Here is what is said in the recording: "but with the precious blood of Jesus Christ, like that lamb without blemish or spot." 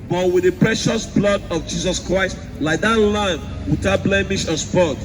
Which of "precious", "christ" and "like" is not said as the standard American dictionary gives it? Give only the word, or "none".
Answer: none